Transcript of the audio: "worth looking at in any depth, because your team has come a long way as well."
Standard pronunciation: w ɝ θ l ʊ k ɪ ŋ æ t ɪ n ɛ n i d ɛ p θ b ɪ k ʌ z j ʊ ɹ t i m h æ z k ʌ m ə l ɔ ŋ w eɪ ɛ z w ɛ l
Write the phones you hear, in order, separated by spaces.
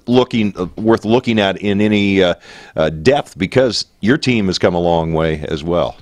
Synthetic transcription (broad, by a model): w ɝ θ l ʊ k ɪ ŋ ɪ t ɪ n ɛ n i d ɛ p θ b ɪ k ʌ z j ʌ ɹ t i m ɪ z k ʌ m ə l ɔ ŋ w eɪ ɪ z w ɛ l